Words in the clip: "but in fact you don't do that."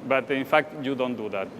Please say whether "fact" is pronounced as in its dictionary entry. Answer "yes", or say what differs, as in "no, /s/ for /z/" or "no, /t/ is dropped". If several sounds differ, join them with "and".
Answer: yes